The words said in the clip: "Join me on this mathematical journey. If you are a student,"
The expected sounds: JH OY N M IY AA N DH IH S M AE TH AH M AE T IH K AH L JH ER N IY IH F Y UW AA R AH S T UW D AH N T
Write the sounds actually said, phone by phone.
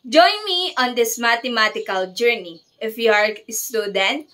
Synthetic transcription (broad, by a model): JH OY N M IY AA N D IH S M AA T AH M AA T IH K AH L JH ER N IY IH F Y UW AA R S T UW D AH N T